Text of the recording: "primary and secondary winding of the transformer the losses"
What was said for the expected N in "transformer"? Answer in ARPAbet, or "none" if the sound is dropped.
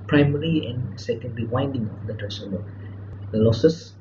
none